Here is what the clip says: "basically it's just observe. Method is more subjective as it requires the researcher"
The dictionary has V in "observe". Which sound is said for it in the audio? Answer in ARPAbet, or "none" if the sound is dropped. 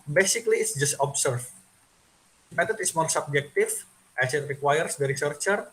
F